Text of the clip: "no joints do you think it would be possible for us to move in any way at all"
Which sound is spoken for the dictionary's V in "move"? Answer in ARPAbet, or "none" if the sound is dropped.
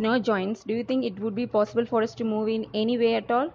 V